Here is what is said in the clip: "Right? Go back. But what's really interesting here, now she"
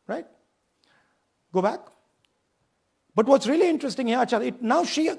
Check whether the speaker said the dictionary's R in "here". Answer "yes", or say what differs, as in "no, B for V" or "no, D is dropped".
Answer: no, L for R